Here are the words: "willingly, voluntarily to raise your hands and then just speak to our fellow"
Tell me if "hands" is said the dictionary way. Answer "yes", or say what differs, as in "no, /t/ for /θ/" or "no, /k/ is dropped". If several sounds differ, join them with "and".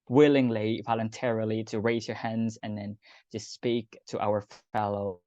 yes